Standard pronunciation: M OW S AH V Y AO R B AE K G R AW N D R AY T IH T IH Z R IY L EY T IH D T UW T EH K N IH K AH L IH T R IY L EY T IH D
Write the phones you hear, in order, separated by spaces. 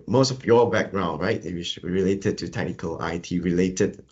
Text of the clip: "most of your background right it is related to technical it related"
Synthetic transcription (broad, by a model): M OW S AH F Y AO B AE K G R AW N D R AY T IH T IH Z R IY L EY T IH D T UW T EH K N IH K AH L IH T R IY L EY T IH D